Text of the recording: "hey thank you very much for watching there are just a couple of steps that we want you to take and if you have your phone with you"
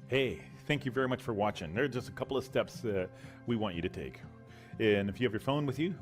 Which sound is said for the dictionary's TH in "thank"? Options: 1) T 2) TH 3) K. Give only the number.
2